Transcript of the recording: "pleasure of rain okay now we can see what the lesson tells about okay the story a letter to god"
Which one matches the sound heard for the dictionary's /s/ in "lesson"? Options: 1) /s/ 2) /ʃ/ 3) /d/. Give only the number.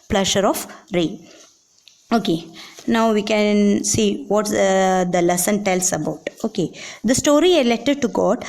1